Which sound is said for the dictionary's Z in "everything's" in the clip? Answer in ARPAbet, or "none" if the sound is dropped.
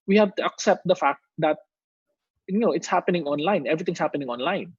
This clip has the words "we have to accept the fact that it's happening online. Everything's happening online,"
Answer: S